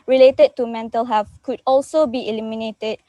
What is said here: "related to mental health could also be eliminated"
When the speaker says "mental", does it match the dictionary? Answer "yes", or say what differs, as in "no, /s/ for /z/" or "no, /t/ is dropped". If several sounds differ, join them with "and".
yes